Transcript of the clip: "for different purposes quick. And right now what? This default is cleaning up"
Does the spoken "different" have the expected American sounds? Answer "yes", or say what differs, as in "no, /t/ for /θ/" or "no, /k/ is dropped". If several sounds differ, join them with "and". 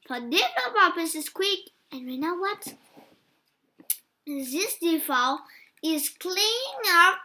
no, /ɹ/ is dropped